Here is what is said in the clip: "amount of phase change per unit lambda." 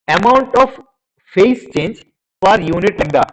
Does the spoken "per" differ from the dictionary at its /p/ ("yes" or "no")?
yes